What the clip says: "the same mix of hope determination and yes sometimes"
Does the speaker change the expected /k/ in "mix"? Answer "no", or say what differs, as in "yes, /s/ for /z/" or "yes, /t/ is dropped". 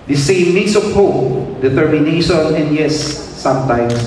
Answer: yes, /k/ is dropped